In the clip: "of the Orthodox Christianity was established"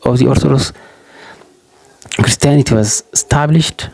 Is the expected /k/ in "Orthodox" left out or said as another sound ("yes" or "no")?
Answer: yes